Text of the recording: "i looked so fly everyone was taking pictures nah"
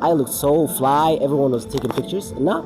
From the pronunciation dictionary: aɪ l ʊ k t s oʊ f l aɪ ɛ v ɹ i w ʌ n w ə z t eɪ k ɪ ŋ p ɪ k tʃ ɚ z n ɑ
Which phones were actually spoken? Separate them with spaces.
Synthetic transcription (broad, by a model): aɪ l ʊ k t s oʊ f l aɪ ɛ v ɹ i w ʌ n w ə z t eɪ k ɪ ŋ p ɪ k tʃ ɚ z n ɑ